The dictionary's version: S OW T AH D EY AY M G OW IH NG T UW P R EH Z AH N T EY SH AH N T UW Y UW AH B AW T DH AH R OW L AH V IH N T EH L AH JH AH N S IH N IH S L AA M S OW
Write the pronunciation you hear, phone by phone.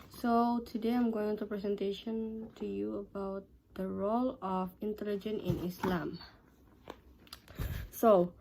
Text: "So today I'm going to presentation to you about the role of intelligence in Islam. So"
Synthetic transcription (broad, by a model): S OW T AH D EY AY M G OW IH NG T UW P R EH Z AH N T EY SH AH N T UW Y UW AH B AW T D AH R OW L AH F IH N T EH L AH JH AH N IH N IH S L AA M S OW